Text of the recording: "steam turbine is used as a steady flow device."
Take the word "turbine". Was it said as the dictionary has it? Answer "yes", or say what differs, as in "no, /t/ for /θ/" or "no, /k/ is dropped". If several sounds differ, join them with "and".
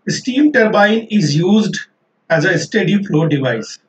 yes